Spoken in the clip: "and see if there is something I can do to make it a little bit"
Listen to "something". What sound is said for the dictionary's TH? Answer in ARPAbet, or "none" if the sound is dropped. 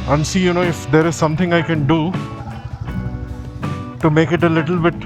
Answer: T